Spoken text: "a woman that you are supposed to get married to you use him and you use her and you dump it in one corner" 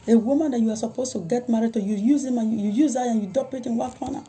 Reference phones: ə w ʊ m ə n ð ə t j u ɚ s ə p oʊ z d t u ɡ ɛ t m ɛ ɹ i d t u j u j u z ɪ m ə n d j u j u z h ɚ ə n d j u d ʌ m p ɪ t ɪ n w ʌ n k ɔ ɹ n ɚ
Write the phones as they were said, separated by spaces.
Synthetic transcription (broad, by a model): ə w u m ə n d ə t j u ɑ s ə p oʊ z t u ɡ ɛ t m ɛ ɹ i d t u j u j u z ɪ m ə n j j u j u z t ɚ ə n j u d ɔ p ɪ t ɪ n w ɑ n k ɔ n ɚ